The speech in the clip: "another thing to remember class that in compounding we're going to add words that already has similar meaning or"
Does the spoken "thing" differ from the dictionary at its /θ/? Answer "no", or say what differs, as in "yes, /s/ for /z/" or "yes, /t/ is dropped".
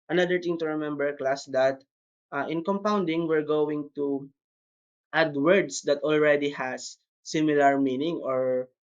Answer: yes, /t/ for /θ/